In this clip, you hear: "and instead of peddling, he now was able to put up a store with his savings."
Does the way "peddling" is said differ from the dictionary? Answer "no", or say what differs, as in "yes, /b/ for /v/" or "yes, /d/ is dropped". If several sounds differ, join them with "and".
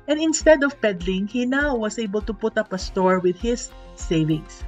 no